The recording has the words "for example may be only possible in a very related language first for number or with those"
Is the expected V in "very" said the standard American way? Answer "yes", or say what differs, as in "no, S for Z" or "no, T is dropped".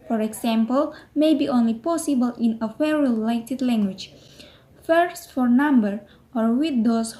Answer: no, W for V